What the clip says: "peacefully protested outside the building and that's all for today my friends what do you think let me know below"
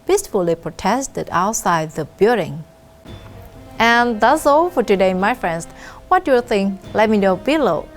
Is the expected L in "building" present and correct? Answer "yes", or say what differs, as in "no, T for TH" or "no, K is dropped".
no, L is dropped